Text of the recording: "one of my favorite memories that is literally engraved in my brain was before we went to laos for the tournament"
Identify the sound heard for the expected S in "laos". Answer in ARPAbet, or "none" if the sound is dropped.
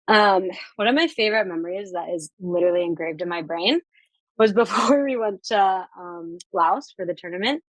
S